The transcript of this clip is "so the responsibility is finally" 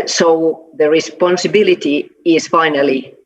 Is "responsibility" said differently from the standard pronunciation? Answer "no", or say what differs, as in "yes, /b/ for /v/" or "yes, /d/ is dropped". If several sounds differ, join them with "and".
no